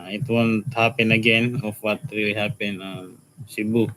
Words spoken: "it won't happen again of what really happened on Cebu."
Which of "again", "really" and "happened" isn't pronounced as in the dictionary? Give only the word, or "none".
happened